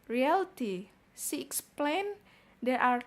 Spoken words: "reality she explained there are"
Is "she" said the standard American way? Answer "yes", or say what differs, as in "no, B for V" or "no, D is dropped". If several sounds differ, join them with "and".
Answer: no, S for SH